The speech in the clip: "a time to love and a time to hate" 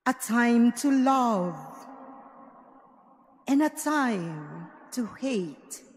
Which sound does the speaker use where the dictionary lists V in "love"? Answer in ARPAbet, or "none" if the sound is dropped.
V